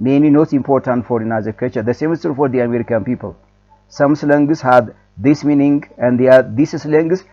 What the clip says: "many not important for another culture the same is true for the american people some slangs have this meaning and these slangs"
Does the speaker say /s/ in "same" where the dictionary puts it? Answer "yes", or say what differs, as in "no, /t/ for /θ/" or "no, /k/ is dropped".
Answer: yes